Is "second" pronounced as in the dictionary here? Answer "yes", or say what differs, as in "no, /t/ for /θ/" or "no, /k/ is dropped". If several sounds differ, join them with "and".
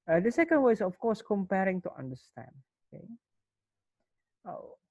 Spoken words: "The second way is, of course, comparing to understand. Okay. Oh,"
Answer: yes